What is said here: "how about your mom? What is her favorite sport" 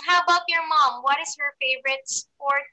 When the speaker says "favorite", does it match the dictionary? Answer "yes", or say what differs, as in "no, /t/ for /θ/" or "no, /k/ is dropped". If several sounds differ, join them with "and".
yes